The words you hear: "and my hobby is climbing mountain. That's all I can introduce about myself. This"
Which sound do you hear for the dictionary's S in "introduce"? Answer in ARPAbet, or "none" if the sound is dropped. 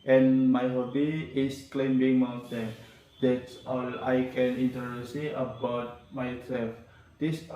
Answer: none